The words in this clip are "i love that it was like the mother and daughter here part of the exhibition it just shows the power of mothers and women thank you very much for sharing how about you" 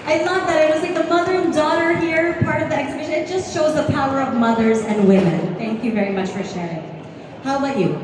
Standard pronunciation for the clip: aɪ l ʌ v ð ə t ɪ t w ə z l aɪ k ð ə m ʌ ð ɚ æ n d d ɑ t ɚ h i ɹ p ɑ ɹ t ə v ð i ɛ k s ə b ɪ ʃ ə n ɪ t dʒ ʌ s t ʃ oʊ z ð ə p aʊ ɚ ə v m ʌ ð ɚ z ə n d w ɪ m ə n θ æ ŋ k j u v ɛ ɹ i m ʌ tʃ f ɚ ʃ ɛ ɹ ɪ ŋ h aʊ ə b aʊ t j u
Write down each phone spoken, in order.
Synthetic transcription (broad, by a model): aɪ l ʌ v ð ə t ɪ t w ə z l aɪ k ð ə m ʌ ð ɚ n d d ɑ t ɚ h i ɹ p ɑ ɹ t ə v ð i ɛ k s ə b ɪ ʃ ə n ɪ t dʒ ʌ s t ʃ oʊ z ð ə p aʊ ɚ ə v m ʌ ð ɚ z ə n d w ɪ m ə n θ æ ŋ k j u v ɛ ɹ i m ʌ tʃ f ɚ ʃ ɛ ɹ ɪ ŋ h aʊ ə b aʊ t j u